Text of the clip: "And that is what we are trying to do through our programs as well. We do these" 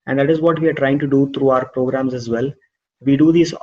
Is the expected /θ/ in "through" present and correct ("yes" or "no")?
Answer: no